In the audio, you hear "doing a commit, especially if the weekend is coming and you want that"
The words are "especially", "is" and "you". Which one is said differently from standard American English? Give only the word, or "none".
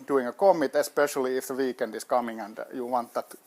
is